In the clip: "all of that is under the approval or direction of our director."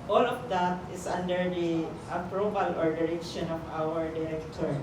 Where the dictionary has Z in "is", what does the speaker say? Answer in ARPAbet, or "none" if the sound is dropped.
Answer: S